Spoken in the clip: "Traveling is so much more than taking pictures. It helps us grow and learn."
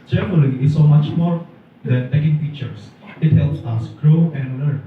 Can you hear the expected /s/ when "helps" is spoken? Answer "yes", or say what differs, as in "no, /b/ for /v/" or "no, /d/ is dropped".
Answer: yes